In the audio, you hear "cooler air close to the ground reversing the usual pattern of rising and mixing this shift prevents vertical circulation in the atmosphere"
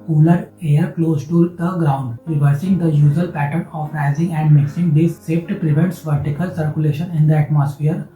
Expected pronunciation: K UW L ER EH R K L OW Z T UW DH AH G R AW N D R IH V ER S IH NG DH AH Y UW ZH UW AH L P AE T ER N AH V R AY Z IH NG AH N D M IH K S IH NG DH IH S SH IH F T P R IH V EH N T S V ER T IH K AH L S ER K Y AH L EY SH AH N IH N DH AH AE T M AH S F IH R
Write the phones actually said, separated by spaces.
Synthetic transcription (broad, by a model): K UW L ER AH R K L OW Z T UW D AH G R AW N D R IH V ER S IH NG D AH Y UW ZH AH L P AE T ER N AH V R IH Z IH NG AH N D M IH K S IH NG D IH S S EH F T P R IH V EH N T S V ER T IH K AH L S ER K Y AH L EY SH AH N IH N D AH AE T M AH S F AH R